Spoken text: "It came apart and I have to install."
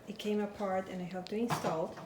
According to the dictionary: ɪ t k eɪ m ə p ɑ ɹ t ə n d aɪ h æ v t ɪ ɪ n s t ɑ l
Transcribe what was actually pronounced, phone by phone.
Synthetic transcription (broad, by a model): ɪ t k eɪ m ə p ɑ ɹ t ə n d aɪ h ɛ p t ɪ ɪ n s t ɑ l